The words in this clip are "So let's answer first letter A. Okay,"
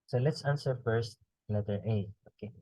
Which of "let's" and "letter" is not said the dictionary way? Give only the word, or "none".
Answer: letter